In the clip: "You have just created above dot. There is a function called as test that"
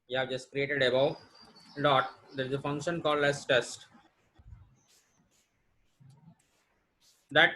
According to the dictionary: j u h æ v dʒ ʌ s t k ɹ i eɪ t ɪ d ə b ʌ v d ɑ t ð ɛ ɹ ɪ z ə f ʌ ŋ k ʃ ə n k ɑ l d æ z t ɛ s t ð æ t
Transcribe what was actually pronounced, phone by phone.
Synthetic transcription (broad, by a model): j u h æ v dʒ ʌ s t k ɹ i eɪ t ɪ d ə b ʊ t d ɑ t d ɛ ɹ ɪ z ə f ʌ ŋ k ʃ ə n k ɑ l d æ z t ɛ s t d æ t